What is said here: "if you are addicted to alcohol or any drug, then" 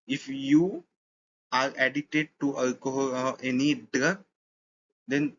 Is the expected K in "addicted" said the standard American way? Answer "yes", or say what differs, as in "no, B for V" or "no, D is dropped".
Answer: no, K is dropped